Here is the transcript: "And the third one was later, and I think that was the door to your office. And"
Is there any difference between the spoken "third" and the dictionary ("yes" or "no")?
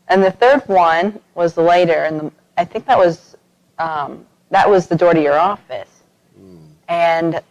no